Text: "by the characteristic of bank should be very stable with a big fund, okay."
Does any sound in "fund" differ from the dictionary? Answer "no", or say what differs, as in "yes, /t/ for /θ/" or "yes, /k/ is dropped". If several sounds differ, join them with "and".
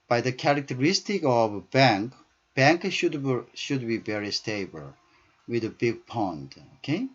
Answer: yes, /p/ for /f/